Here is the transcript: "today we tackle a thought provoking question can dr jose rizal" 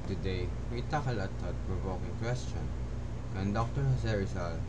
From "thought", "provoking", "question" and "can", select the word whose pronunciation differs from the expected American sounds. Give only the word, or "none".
thought